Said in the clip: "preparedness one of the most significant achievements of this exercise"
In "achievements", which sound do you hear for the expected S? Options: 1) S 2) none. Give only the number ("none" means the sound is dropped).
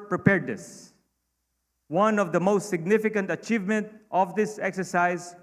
2